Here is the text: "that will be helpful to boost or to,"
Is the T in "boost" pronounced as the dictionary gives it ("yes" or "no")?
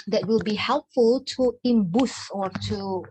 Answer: no